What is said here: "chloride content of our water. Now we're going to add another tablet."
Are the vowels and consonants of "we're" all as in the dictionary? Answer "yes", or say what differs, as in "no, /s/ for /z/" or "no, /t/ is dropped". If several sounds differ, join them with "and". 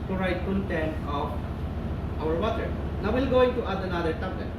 no, /l/ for /ɹ/